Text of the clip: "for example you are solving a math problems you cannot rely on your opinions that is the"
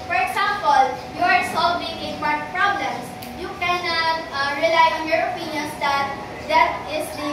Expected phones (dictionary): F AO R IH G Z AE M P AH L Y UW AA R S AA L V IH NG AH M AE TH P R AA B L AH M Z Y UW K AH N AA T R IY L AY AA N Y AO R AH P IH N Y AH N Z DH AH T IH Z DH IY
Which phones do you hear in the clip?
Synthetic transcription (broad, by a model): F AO R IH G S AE M P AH L Y UW AA R S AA L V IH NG AH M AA T P R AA B L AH M S Y UW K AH N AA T R IY L AY AA N Y AO R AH P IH N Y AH N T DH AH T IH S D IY